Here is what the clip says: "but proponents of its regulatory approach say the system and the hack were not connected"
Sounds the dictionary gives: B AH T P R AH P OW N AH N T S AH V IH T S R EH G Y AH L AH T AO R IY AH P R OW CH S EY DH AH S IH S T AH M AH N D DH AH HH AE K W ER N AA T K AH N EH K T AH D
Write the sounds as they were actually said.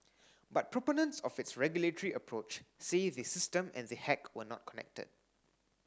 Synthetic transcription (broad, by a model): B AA T P R AH P OW N AH N T S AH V IH T S R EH G Y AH L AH T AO R IY AH P R OW CH S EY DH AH S IH S T AH M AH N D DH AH HH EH K W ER N AA T K AH N EH K T AH D